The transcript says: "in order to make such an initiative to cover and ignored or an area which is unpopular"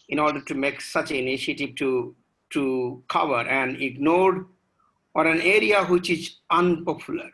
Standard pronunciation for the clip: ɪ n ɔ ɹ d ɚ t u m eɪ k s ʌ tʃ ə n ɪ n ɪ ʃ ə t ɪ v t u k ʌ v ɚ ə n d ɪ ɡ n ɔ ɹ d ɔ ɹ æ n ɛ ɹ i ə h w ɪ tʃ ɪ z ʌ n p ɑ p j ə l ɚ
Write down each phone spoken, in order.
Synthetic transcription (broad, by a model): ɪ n ɔ ɹ d ɚ t u m eɪ k s ʌ tʃ ə n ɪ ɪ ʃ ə t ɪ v t u k ʌ v ɚ ə n d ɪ ɡ n ɔ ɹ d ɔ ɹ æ n ɛ ɹ i ə h w ɪ tʃ ɪ z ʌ n p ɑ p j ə l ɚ